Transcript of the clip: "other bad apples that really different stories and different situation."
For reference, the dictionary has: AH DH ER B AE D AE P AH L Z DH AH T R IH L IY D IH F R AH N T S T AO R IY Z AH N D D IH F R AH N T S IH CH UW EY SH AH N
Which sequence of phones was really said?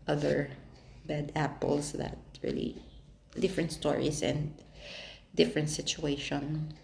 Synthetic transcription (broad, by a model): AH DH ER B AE D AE P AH L S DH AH T R IH L IY D IH F R AH N T S T AO R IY S AH N D D IH F R AH N T S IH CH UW EY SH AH N